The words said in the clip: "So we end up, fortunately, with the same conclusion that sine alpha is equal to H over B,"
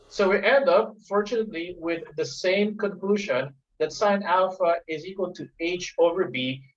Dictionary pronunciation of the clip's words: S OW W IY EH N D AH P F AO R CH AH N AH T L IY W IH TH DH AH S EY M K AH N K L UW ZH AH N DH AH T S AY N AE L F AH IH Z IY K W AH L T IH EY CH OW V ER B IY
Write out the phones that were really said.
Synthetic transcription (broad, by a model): S OW W IY EH N D AH P F AO R CH AH N AH T L IY W IH DH AH S EY M K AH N K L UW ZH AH N DH AH T S AY N AE L F AH IH Z IY K W AH L T IH EY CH OW V ER B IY